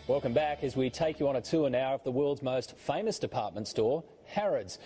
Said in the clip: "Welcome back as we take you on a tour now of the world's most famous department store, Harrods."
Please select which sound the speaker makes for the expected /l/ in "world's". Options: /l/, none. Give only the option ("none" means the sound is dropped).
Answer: /l/